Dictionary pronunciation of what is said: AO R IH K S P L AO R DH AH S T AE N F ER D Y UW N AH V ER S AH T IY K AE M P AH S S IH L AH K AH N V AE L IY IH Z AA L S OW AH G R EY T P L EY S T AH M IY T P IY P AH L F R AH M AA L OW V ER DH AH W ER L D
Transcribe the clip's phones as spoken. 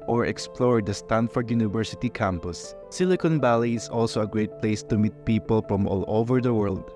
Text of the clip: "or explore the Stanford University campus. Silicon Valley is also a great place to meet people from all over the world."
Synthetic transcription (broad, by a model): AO R IH K S P L AO R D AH S T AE N F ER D Y UW N AH V ER S AH T IY K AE M P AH S S IH L AH K AH N B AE L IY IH S AA L S OW AH G R EY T P L EY S T AH M IY T P IY P AH L F R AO M AA L OW V ER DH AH W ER L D